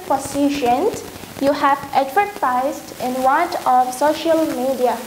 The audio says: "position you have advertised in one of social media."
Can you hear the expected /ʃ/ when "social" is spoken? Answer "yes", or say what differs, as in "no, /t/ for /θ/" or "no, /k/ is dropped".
yes